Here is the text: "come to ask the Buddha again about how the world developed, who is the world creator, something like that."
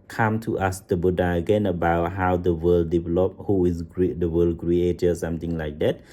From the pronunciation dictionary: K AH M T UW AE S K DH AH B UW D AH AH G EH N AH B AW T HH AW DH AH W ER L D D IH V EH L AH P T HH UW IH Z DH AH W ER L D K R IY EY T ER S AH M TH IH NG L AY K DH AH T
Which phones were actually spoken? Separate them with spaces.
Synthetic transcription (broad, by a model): K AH M T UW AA S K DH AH B UW D AH AH G EH N AH B AW T HH AW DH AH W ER L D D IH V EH L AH P HH UW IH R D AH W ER L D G R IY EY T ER S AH M T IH NG L AY K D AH T